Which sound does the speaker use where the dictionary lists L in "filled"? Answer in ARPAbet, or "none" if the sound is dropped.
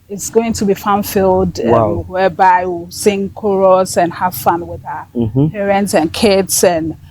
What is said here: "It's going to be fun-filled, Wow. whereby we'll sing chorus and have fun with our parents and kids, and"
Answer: L